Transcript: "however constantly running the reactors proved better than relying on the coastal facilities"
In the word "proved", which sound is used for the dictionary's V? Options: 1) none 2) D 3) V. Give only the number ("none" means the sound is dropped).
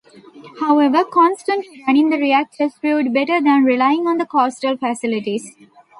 1